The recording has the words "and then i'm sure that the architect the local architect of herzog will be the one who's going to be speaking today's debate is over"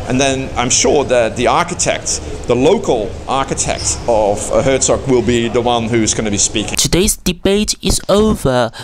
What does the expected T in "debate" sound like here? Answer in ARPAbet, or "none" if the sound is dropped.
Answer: T